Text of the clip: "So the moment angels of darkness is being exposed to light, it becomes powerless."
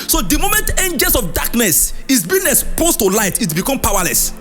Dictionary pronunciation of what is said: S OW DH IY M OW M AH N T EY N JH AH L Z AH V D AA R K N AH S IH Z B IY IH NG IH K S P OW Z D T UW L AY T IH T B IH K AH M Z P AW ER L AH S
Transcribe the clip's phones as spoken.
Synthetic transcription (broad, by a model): S OW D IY M OW M AH N T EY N JH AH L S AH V D AA K N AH S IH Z B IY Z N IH S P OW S T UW L AY T IH T B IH K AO M P AW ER L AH S